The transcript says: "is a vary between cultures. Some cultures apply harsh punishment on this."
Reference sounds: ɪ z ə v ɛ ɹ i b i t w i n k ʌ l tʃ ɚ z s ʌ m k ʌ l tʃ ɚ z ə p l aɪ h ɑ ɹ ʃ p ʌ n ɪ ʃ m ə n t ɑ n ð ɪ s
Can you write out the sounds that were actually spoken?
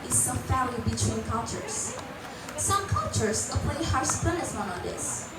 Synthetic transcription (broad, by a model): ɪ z ə f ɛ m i b i t w i n k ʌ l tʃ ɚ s s ʌ m k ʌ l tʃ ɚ s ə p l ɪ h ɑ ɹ s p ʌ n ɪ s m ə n ɑ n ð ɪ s